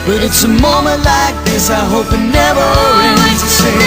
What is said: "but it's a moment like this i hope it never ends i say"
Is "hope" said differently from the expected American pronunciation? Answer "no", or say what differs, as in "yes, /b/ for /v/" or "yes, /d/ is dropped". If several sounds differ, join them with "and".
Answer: no